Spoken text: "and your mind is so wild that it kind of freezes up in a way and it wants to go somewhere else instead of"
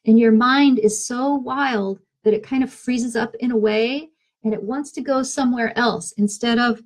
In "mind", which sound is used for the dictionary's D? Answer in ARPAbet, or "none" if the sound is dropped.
D